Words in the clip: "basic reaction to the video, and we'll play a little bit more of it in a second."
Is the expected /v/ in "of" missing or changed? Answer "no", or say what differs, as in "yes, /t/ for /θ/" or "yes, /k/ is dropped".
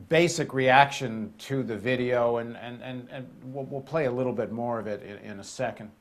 no